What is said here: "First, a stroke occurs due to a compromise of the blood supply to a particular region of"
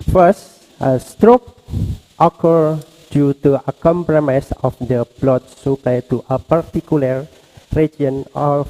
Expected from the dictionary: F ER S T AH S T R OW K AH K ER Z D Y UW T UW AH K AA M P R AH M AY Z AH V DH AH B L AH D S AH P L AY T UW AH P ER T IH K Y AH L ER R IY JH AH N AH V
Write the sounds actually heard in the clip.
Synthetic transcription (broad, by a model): F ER S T AH S T R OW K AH K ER D Y UW T UW AH K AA M P R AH M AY S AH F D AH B L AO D S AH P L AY T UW AH P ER T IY K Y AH L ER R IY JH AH N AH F